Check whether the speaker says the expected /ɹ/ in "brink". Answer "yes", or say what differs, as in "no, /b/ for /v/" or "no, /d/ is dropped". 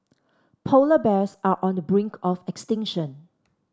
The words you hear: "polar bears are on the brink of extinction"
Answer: yes